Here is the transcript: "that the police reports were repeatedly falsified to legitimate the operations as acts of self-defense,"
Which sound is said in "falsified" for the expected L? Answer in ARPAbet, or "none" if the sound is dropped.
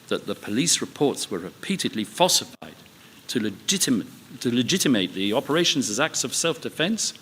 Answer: none